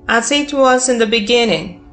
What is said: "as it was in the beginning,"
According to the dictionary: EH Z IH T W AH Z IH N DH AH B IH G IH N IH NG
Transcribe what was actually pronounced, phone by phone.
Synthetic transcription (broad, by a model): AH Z IH T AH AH S IH N DH AH B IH G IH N IH NG